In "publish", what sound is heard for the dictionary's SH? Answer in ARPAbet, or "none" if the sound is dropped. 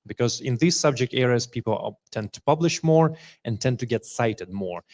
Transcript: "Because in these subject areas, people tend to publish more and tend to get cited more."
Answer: SH